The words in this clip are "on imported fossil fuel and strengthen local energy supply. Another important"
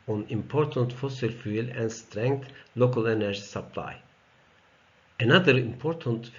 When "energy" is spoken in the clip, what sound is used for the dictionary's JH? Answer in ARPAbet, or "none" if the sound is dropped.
SH